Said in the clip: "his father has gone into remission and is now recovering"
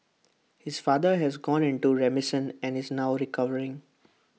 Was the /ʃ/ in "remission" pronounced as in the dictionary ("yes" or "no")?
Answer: no